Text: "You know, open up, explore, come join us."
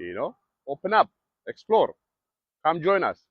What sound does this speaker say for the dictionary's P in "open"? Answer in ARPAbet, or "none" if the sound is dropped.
P